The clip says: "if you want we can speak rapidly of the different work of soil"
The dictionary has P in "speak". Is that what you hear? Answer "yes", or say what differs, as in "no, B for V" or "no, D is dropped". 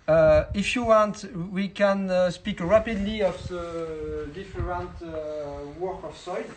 yes